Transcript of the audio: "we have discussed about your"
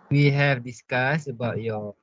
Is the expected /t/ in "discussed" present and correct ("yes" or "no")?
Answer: no